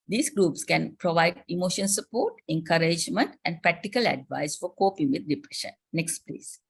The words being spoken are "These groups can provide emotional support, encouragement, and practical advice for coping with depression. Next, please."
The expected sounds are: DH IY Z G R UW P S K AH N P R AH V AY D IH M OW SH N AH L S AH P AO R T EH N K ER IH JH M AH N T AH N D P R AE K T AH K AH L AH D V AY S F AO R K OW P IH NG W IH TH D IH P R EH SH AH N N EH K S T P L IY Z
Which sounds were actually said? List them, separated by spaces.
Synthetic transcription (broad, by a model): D IY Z G R UW P S K AH N P R AH V AY D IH M OW SH AH N S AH P AO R T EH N K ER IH JH M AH N T AH N D P R AE K T AH K AH L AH D V AY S F AO R K OW P IH NG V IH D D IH P R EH SH AH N N EH K S T P L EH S